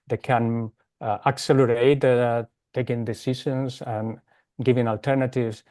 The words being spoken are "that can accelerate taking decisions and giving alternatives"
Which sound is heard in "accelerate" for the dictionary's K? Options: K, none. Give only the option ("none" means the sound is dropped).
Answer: K